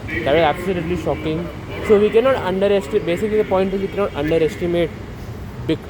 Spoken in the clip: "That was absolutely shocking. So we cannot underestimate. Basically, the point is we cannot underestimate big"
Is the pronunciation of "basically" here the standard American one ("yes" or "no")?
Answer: yes